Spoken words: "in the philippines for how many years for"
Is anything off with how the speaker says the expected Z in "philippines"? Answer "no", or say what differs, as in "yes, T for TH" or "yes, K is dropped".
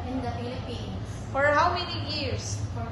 yes, Z is dropped